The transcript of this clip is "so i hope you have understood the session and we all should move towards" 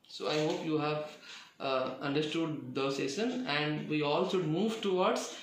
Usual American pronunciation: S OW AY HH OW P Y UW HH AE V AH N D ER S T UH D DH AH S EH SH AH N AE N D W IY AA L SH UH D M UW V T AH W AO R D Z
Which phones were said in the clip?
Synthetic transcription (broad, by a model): S OW AY HH OW P Y UW HH AE V AH N D ER S T UH D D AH S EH S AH N AE N D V IY AA L SH UH D M UW V T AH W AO R D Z